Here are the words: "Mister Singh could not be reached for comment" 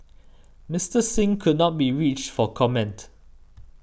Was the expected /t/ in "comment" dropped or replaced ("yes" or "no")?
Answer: no